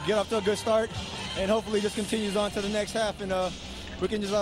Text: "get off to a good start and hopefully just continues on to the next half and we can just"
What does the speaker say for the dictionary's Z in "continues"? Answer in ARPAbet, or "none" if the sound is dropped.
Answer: Z